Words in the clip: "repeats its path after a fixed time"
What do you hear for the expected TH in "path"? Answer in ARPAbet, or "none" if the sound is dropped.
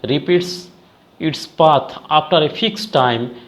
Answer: T